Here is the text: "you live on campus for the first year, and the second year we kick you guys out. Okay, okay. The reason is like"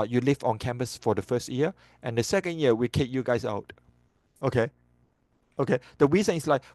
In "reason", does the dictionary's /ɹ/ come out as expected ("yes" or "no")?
no